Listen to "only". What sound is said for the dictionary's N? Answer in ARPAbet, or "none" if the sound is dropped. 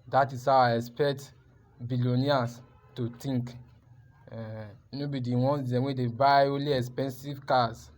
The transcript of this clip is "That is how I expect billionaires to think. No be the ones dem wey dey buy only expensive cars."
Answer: none